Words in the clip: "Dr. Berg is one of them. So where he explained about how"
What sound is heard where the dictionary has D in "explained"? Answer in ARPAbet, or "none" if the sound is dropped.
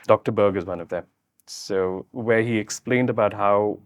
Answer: D